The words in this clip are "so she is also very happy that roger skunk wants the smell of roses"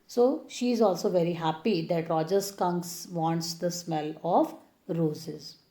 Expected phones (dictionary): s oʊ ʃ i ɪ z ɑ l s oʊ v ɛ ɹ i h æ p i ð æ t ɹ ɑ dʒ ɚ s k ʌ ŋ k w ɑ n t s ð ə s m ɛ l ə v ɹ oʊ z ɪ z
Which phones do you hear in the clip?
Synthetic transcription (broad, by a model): s oʊ ʃ i ɪ z ɑ l s oʊ v ɛ ɹ i h æ p i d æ t ɹ ɑ dʒ ɚ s k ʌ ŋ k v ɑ n t s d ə s m ɛ l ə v ɹ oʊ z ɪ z